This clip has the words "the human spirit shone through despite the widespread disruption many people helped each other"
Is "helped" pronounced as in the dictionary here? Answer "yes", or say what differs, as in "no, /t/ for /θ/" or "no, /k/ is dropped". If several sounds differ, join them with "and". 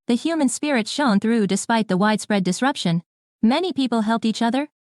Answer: yes